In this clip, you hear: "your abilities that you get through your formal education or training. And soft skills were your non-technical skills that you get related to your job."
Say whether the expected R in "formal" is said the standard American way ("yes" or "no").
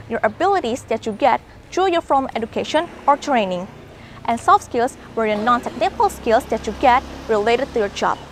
no